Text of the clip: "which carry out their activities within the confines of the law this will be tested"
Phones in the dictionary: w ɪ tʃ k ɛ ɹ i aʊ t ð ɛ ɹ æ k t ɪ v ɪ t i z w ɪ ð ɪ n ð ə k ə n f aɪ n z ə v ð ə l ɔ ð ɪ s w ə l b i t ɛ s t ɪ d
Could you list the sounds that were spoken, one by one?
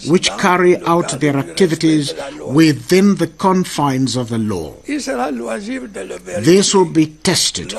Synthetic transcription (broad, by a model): w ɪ tʃ k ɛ ɹ i aʊ t ð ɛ ɹ æ k t ɪ v ɪ t i z w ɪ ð ɪ n ð ə k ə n f aɪ n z ə v ð ə l ɔ ð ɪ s w ə l b i t ɛ s t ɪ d